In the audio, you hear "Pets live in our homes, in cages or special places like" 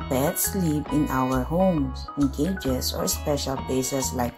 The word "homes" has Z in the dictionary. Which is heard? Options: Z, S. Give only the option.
S